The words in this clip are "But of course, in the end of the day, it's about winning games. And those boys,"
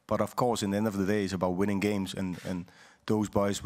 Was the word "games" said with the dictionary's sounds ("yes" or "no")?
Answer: yes